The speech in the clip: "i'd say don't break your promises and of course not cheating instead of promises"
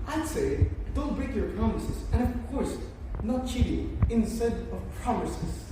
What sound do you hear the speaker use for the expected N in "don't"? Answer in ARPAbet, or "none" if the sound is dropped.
L